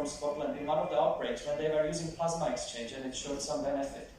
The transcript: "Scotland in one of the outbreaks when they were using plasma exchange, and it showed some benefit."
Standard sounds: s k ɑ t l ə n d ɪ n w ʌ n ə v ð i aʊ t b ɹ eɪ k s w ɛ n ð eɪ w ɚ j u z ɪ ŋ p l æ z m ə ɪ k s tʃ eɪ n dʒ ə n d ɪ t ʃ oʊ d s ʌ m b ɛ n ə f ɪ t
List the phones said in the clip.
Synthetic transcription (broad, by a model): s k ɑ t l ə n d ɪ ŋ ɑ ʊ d ə v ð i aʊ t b ɹ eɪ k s w ɛ n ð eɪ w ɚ j u z ɪ ŋ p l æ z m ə ɪ k s tʃ eɪ n dʒ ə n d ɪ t ʃ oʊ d s ʌ m b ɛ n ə f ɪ t